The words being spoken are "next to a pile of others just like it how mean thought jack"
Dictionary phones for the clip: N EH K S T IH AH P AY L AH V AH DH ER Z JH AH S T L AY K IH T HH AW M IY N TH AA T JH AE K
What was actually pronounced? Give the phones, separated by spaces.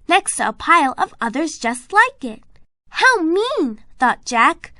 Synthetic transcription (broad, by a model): N EH K S T IH AH P AY L AH V AH DH ER Z JH AH S T L AY K IH T HH AW M IY N TH AA T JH AE K